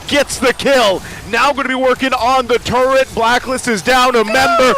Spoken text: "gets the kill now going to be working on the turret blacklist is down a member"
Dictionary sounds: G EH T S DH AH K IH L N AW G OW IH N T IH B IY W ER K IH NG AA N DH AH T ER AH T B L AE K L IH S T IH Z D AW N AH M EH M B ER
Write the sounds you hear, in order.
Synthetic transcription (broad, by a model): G EH T S DH AH K IH L N AW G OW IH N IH B IY W ER K IH NG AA N DH AH T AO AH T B L AE K L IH S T IH Z D AW N AH M EH M B ER